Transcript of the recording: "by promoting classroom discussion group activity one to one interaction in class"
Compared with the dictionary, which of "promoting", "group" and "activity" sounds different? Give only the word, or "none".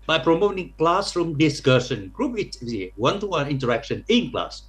activity